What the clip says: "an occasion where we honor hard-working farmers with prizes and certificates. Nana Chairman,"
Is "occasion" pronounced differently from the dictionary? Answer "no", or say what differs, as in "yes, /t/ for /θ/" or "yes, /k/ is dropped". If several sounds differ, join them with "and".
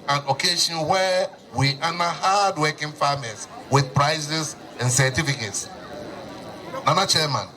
yes, /ʃ/ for /ʒ/